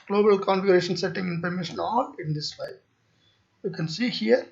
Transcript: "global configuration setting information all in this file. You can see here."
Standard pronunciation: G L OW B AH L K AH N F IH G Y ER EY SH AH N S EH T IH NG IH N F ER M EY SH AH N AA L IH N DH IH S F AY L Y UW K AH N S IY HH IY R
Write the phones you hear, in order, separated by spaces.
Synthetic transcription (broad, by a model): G L OW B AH L K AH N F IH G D EY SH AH N S EH T IH NG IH N P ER M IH SH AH N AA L IH N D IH S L AY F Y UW K AH N S IY HH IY R